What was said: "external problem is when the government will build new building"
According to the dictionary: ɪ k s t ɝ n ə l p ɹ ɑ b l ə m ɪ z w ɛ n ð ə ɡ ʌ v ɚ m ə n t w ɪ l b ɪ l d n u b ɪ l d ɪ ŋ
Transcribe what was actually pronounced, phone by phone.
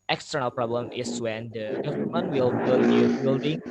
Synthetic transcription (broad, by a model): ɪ k s t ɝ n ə l p ɹ ɑ b l ə m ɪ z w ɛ n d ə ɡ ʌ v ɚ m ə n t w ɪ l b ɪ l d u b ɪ l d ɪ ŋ